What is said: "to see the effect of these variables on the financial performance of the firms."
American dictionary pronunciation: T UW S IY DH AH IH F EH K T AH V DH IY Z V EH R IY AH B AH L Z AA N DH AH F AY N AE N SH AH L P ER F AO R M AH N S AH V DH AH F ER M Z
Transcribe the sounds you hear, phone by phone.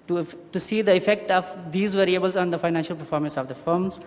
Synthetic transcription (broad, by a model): T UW S IY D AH IH F EH K T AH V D IY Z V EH R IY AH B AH L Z AA N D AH F AY N AE N SH AH L P ER F AO R M AH N S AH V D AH F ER M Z